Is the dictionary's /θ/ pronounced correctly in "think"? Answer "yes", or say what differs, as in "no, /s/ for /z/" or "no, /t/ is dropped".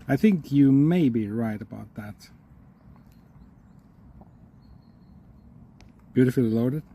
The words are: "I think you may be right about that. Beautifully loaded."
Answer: yes